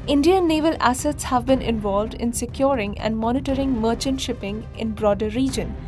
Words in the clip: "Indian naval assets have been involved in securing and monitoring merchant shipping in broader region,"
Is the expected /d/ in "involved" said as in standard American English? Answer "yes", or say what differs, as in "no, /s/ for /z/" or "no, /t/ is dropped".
yes